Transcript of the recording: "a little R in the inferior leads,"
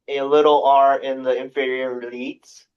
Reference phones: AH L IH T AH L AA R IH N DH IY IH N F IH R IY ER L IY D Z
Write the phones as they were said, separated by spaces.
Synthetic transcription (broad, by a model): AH L IH T L AA R IH N DH IY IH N F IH R IY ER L IY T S